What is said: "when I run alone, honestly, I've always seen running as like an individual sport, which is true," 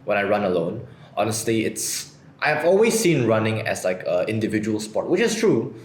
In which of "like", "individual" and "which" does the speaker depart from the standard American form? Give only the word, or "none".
none